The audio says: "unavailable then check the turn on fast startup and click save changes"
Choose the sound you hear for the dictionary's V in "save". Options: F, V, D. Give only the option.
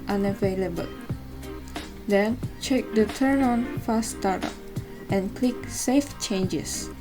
F